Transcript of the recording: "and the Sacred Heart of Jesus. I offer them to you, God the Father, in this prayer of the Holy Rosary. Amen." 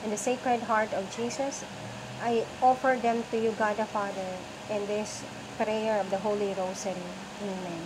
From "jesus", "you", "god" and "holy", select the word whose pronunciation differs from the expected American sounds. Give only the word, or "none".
jesus